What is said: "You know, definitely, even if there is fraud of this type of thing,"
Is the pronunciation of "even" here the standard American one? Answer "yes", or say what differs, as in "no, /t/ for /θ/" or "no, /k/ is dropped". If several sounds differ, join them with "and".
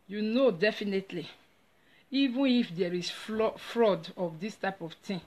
yes